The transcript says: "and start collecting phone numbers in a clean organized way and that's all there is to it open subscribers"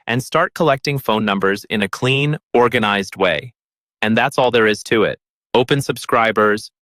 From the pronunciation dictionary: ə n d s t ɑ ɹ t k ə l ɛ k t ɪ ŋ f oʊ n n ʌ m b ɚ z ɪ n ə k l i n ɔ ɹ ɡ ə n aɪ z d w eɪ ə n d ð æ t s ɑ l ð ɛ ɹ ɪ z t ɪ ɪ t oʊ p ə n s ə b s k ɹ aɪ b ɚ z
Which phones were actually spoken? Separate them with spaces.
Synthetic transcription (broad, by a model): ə n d s t ɑ ɹ t k ə l ɛ k t ɪ ŋ f oʊ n n ʌ m b ɚ z ɪ n ə k l i n ɔ ɹ ɡ ə n aɪ z d w eɪ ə n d ð æ t s ɑ l ð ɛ ɹ ɪ z t ɪ ɪ t oʊ p ə n s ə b s k ɹ aɪ b ɚ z